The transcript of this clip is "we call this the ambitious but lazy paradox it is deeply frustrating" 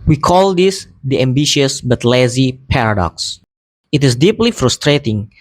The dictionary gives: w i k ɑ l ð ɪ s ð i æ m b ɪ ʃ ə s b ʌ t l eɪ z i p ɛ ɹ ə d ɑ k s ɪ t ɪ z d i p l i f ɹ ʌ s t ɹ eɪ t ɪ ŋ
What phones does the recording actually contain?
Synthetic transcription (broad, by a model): w i k ɑ l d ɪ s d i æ m b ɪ ʃ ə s b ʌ t l eɪ z i p ɛ ɹ ə d ɑ k s ɪ t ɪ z d i p l i f ɹ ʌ s t ɹ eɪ t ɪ ŋ